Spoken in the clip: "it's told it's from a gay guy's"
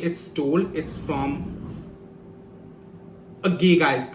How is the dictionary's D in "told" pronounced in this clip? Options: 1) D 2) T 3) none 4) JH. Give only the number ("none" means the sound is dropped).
3